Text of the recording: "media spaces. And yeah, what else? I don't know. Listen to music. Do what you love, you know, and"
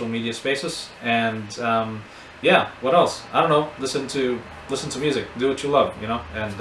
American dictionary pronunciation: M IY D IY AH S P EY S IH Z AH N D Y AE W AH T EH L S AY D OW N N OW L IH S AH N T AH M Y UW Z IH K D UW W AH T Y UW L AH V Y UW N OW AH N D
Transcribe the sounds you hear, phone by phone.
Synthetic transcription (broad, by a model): M IY D IY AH S P EY S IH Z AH N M Y AE W AH T EH L S AY D OW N N OW L IH S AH N T AH M Y UW Z IH K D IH W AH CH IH L AH V Y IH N OW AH N